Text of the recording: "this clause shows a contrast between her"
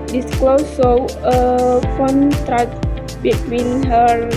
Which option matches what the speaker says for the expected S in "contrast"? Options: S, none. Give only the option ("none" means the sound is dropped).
none